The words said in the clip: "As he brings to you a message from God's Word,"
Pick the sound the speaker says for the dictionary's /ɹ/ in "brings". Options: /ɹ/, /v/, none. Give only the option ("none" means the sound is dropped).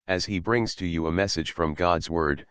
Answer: /ɹ/